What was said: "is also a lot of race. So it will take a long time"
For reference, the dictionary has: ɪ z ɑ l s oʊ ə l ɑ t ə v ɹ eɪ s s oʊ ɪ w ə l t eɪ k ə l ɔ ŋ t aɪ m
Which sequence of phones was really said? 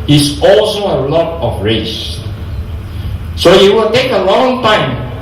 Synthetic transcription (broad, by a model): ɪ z ɑ l s oʊ ə l ɑ t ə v ɹ eɪ s s oʊ ɪ w ə l t eɪ k ə l ɔ ŋ t aɪ m